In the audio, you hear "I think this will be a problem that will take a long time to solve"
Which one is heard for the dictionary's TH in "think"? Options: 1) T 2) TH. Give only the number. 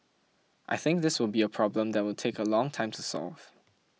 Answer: 2